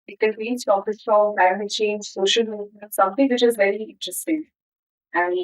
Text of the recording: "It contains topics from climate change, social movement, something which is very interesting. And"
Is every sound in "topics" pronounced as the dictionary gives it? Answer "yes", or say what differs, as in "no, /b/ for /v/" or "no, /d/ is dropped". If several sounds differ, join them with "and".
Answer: no, /k/ is dropped